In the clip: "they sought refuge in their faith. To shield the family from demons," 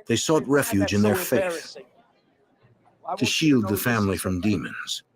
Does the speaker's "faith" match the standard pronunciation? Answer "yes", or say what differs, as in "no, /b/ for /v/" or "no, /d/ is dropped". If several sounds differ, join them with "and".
yes